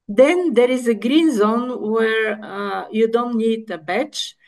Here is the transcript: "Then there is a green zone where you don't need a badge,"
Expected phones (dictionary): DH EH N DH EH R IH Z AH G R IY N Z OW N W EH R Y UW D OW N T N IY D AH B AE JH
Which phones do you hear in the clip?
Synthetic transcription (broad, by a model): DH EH N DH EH R IH Z AH G R IY N Z OW N W EH R Y UW D OW N T N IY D AH B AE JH